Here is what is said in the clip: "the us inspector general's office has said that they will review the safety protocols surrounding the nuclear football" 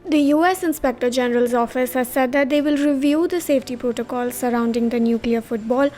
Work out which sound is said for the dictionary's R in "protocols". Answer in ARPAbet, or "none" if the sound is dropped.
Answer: R